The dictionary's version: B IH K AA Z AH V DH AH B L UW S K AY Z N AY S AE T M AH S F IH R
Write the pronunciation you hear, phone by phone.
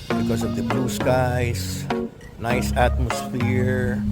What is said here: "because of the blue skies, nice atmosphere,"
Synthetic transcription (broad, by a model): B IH K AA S AH V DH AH B L UW S K AY S N AY S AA T M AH S F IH R